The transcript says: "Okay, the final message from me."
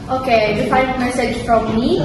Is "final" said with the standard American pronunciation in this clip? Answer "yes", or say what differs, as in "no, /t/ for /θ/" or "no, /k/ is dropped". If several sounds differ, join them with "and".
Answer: no, /n/ is dropped